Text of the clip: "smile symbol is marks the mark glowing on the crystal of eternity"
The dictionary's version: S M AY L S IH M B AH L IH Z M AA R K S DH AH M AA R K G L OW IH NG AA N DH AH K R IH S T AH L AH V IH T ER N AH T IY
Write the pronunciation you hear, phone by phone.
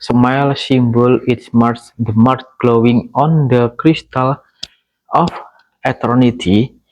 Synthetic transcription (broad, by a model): S M AY L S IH M B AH L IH S M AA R S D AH M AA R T G L OW IH NG AA N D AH K R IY S T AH L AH F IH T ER N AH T IY